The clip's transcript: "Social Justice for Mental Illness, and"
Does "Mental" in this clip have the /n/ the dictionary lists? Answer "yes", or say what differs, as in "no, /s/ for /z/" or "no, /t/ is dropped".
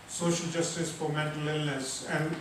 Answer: no, /n/ is dropped